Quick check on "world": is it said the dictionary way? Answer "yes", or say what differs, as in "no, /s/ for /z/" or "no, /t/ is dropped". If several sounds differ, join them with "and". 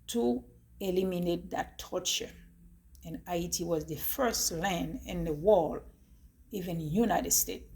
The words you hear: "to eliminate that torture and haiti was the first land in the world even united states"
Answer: no, /d/ is dropped